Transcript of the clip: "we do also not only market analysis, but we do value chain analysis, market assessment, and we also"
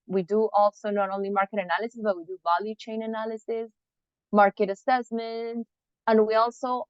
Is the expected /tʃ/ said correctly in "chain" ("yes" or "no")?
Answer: yes